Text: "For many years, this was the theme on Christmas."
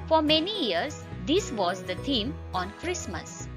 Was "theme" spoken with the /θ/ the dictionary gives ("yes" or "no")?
no